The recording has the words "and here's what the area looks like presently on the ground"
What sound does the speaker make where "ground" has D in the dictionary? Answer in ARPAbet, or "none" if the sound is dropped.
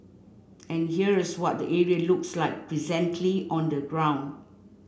D